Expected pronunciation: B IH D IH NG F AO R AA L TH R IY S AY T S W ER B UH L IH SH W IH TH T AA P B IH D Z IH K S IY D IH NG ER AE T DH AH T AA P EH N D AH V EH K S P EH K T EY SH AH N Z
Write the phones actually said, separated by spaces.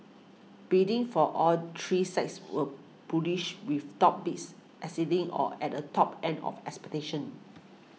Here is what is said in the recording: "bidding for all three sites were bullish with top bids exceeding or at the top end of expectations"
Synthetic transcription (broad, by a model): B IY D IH NG F AO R AA L T R IY S AY T S W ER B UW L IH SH W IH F T AA P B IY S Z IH S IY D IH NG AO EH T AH T AA P EH N D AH F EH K S P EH T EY SH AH N